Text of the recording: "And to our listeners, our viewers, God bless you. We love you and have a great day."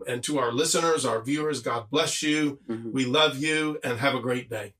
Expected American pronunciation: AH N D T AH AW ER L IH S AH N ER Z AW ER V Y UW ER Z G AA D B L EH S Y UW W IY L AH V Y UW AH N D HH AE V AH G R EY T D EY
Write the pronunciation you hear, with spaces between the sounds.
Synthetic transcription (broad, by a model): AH N T AH AW ER L IH S AH N ER Z AW ER V Y UW ER Z G AA D B L EH S Y UW W IY L AH V Y UW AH N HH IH V AH G R EY T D EY